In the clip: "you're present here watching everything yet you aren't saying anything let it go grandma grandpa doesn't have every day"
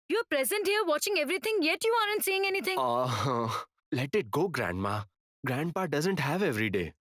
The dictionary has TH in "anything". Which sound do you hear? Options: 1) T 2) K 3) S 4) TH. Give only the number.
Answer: 1